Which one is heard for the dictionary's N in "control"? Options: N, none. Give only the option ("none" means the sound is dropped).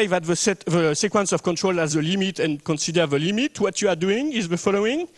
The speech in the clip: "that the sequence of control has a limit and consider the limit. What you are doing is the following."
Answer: N